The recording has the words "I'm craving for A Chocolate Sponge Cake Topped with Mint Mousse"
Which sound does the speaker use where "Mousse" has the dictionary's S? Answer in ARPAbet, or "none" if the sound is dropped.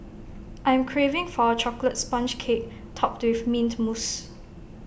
S